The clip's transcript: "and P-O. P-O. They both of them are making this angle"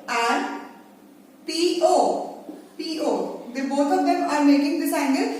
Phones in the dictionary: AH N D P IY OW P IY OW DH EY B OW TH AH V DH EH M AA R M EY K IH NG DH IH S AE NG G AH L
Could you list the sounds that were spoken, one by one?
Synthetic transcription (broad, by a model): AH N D P IY OW P IY OW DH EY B OW T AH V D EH M AA R M EY K IH NG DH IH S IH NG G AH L